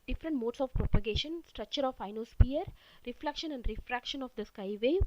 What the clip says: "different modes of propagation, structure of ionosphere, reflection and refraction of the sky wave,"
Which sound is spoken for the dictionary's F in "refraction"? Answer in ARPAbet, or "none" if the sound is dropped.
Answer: F